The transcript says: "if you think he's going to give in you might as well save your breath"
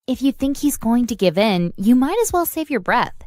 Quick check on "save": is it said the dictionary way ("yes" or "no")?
yes